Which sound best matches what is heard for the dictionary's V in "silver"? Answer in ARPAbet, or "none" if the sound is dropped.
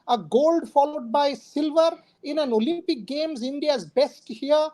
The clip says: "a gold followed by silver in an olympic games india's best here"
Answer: V